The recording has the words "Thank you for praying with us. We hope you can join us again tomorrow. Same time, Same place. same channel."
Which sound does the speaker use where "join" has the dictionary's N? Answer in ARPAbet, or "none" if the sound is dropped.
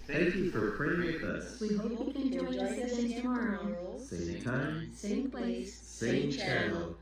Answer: none